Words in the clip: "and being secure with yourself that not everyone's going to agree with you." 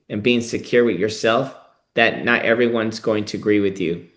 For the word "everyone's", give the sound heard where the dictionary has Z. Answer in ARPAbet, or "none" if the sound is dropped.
Z